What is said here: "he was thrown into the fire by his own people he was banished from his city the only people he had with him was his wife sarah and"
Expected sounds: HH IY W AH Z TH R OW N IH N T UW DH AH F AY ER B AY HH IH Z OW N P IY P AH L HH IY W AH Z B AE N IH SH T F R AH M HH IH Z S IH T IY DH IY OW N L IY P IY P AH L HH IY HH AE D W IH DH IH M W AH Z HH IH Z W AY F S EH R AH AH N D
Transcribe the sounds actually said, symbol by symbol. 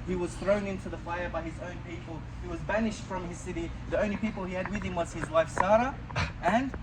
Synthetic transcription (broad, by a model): HH IY W AH Z TH R OW N IH N T UW DH AH F AY ER B AY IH Z OW N P IY P AH L HH IY W AH Z B AE N IH SH T F R AH M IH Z S IH T IY DH IY OW N L IY P IY P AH L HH IY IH D W IH DH IH M W AH Z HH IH Z W AY F S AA R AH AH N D